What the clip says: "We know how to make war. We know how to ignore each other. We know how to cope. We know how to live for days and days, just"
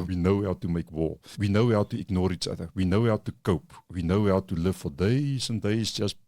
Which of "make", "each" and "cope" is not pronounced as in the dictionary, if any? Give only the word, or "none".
none